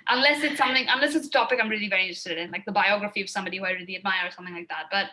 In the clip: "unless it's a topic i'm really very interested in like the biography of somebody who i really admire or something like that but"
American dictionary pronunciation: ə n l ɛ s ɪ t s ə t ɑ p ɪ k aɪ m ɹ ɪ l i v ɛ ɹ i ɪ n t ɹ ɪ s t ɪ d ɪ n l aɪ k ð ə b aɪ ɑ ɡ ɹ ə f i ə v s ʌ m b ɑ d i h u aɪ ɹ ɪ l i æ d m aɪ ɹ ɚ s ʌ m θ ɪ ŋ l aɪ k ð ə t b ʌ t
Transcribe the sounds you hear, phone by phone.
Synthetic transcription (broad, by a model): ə n l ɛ s ɪ t s ə t ɑ p ɪ k aɪ m ɹ ɪ l i v ɛ ɹ i ɪ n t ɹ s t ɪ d ɪ n l aɪ k ð ə b aɪ ɑ ɡ ɹ ə f i ə v s ʌ m b ɑ d i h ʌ ɹ ɪ l i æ d m aɪ ɚ s ʌ m θ ɪ ŋ l aɪ k ð ə t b ʌ t